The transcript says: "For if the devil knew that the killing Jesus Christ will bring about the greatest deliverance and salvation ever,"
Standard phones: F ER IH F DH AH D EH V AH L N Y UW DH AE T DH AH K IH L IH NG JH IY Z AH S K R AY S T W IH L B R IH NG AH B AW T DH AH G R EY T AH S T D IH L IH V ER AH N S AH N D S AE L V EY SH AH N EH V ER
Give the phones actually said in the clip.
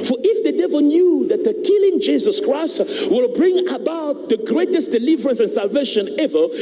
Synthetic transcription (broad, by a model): F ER IH F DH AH D EH V AH L N Y UW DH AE T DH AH K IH L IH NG JH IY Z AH S K R AY S T W IH L B R IH NG AH B AW T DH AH G R EY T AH S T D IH L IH V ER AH N S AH N S AE L V EY SH AH N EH V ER